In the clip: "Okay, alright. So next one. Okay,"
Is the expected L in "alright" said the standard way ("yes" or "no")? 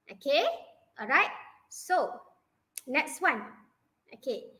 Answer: yes